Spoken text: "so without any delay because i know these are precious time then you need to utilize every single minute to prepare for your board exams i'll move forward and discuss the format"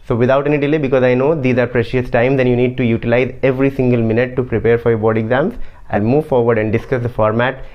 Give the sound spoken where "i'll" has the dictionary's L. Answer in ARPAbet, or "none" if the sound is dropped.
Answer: N